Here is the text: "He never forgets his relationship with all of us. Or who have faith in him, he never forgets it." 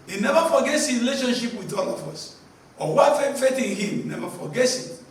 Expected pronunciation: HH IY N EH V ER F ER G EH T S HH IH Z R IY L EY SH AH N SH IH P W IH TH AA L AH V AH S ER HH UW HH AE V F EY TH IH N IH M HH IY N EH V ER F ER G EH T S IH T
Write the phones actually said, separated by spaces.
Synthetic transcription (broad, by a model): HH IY N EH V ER F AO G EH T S HH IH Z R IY L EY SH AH N SH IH P W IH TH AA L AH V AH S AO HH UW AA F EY F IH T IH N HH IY N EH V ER F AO G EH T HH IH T